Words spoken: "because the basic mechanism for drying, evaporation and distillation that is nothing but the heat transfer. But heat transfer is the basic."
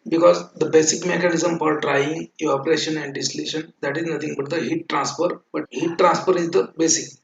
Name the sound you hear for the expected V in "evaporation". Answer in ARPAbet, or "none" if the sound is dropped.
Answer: none